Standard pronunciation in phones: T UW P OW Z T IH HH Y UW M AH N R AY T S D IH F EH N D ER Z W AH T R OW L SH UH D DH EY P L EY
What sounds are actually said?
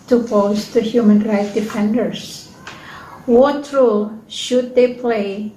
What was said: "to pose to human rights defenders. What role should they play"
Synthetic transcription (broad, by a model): T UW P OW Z T IH HH Y UW M AH N R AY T D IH F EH N D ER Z W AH T R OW L SH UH D DH EY P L EY